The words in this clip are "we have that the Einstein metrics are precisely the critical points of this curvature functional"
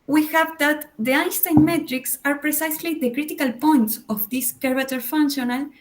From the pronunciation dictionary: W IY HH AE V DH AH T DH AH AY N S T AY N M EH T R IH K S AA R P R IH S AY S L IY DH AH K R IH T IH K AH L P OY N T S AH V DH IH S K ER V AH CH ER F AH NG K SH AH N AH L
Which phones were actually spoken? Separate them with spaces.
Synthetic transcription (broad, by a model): W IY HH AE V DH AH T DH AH AY N S T AY N M EH T R IH K S AA R P R IH S AY S L IY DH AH K R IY T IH K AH L P OY N T S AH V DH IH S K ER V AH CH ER F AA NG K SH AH N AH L